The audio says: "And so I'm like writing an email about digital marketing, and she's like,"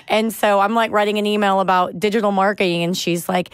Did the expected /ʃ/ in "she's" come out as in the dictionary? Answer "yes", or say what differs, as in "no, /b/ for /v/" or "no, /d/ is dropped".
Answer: yes